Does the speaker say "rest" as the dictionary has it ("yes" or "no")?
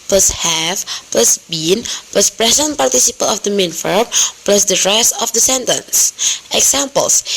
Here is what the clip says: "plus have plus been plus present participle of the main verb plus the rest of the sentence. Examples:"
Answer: no